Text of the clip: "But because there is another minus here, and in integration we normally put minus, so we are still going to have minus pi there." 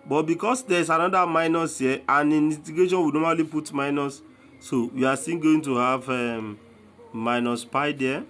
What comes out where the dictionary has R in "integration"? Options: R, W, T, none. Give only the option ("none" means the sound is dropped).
none